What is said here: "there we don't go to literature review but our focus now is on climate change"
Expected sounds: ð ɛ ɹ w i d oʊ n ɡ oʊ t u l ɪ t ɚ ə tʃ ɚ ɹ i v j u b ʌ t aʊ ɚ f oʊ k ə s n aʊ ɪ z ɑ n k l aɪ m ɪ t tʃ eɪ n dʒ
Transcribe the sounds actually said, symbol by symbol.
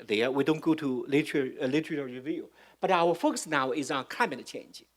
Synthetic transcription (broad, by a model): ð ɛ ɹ w i d oʊ n ɡ oʊ t u l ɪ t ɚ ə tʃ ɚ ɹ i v j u b ʌ t aʊ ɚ f oʊ k ə s n aʊ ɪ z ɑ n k aɪ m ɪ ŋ tʃ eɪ n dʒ